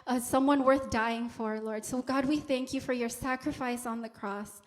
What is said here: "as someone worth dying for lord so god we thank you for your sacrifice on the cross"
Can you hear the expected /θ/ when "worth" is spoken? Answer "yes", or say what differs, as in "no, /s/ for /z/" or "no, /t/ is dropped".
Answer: yes